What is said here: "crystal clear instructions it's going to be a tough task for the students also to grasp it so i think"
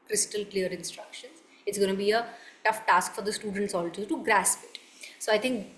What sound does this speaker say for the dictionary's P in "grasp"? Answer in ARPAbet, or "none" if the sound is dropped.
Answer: P